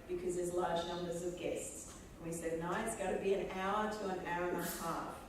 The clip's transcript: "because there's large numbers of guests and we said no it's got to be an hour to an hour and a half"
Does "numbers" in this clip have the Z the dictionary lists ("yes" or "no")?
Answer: yes